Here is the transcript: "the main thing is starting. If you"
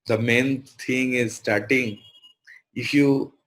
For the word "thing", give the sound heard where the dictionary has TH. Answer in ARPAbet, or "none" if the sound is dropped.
T